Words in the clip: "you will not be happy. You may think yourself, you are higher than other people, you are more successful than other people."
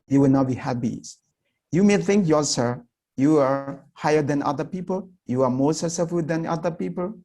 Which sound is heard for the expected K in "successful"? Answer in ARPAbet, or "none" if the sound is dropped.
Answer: none